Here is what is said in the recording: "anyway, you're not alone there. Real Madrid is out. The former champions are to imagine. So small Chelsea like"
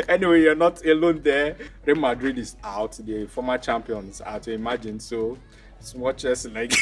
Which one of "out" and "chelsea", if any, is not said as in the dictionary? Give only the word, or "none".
chelsea